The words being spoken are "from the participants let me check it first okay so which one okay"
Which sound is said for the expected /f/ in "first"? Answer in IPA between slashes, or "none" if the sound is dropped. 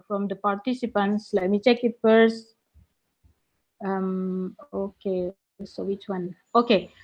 /p/